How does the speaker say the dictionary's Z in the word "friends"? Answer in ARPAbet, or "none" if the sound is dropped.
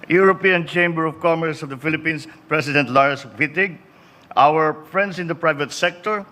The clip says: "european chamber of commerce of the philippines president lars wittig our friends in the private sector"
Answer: S